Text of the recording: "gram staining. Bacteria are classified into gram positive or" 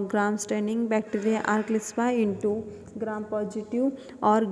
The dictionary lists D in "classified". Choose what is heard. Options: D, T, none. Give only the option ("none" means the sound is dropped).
none